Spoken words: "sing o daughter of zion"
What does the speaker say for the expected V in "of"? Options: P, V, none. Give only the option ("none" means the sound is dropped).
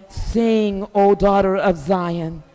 V